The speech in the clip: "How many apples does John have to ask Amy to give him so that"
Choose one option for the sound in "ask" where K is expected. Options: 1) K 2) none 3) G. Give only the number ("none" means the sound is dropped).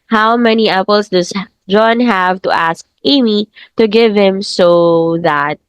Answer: 1